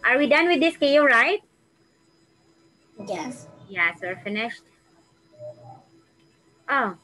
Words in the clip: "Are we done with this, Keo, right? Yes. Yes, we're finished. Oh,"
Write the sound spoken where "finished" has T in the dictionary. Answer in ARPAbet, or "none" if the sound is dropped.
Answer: T